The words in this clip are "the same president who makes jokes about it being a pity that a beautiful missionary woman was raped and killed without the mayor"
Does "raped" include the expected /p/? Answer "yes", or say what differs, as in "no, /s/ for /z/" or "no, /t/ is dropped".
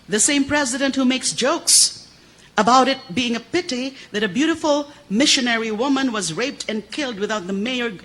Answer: yes